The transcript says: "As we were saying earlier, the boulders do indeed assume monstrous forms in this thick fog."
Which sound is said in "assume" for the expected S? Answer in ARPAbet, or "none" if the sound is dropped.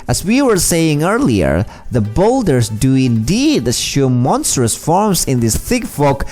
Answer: SH